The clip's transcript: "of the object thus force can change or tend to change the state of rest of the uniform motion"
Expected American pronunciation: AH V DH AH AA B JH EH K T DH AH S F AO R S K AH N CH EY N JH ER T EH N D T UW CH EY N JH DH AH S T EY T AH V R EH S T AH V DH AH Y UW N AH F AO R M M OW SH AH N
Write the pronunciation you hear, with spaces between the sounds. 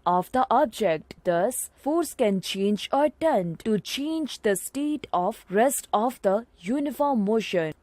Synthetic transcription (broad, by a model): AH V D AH AA B JH EH K T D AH S F AO R S K AH N CH EY N JH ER T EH N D T UW CH EY N JH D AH S T EY T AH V R EH S T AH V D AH Y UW N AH F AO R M M OW SH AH N